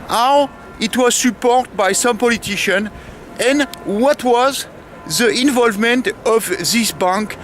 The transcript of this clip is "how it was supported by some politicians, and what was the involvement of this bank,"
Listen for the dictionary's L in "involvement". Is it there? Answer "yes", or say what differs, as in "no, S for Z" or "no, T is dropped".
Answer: yes